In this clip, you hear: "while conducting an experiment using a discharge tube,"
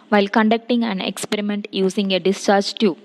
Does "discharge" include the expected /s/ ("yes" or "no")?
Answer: yes